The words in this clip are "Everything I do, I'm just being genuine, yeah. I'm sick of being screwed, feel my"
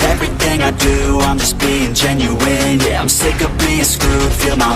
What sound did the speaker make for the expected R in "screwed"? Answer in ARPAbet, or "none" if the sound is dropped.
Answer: none